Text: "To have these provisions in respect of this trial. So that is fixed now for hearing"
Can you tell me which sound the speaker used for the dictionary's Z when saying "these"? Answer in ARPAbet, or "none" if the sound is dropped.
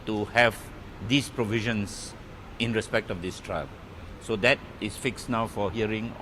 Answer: S